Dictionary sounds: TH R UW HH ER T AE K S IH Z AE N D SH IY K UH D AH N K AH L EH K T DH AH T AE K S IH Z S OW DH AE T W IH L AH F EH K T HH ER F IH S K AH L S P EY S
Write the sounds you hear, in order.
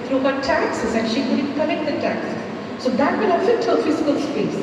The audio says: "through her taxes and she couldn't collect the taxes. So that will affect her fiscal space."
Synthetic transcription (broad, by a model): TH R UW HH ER T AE K S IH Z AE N SH IY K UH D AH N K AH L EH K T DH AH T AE K S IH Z S OW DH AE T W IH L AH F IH T HH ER F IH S K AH L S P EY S